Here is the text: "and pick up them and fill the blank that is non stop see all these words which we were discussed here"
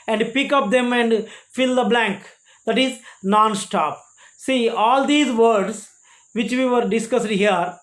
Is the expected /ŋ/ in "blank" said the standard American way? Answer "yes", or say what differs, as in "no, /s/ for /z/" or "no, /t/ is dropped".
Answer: yes